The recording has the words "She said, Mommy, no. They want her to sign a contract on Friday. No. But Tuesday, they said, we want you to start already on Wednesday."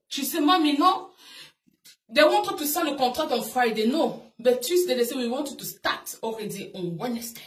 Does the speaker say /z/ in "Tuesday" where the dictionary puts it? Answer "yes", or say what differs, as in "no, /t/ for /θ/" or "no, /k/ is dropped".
no, /s/ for /z/